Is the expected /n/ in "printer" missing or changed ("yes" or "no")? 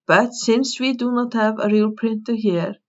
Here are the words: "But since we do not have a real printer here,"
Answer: no